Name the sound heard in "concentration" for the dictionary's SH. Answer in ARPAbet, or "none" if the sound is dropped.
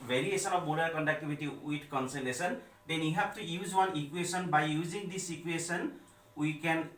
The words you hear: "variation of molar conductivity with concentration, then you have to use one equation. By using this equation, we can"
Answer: S